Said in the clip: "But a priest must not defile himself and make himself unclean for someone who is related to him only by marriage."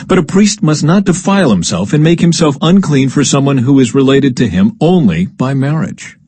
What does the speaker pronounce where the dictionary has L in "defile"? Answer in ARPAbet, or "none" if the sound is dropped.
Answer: L